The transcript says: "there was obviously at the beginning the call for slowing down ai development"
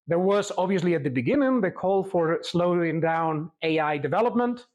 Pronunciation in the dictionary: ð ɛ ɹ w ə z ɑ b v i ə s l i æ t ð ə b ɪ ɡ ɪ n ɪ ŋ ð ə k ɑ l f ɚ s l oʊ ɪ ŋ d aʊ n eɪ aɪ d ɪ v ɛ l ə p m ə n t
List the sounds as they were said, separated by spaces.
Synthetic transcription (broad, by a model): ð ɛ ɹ w ə z ɑ b v i ə s l i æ t ð ə b ɪ ɡ ɪ n ɪ ŋ ð ə k ɑ l f ɚ s l oʊ ɪ ŋ d aʊ n eɪ aɪ d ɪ v ɛ l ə p m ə n t